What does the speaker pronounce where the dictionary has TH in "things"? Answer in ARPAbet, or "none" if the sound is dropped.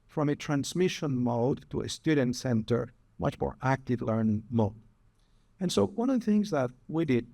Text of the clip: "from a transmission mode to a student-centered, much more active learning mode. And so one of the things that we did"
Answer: TH